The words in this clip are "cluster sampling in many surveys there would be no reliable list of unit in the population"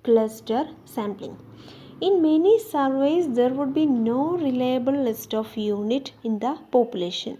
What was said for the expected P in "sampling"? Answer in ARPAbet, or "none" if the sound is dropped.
P